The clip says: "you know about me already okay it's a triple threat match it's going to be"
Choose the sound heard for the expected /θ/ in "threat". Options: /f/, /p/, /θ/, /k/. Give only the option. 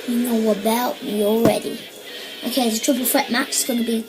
/f/